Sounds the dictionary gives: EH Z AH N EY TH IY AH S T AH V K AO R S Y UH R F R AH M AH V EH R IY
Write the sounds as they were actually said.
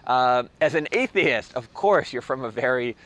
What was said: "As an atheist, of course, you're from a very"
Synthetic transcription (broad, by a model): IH Z AH N EY TH IY AH S T AH V K AO R S Y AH R F R AH M AH V EH R IY